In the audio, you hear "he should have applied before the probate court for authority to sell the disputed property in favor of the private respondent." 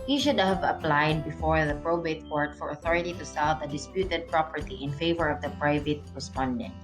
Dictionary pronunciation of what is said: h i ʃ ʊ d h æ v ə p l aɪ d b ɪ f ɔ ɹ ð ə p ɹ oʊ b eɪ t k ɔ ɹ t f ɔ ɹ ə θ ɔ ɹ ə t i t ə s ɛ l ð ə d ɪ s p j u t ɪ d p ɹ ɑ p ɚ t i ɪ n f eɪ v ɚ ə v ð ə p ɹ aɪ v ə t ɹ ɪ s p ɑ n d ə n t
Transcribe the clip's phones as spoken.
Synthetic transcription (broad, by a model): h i ʃ ʊ d h æ v ə p l aɪ d b ɪ f ɔ ɹ ð ə p ɹ oʊ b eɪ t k ɔ ɹ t f ɔ ɹ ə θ ɔ ɹ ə t i t ə s ɛ l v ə d ɪ s p j u t ɪ d p ɹ ɑ p ɚ t i ɪ n f eɪ v ɚ ə v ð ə p ɹ aɪ v ə t ɹ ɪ s p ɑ n d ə n t